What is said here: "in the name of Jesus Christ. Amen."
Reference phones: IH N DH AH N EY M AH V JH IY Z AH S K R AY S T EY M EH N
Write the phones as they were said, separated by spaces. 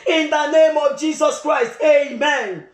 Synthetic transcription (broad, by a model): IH N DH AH N EY M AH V JH IY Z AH S K R AY S T EY M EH N